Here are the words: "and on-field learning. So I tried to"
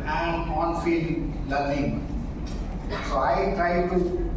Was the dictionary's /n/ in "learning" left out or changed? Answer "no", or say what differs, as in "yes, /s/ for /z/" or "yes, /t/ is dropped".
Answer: yes, /l/ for /n/